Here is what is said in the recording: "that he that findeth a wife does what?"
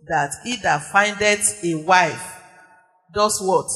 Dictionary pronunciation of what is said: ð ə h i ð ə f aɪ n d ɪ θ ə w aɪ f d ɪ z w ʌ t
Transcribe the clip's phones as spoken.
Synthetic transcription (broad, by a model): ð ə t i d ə f aɪ n d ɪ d ə w aɪ f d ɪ s w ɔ t